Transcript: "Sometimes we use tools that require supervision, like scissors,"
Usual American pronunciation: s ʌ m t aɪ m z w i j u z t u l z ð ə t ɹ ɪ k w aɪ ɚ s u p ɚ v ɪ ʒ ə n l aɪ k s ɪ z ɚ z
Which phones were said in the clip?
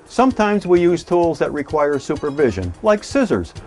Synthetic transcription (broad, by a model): s ʌ m t aɪ m z w i j u z t u l z ð ə t ɹ ɪ k w aɪ ɚ s u p ɚ v ɪ ʒ ə n l aɪ k s ɪ z ɚ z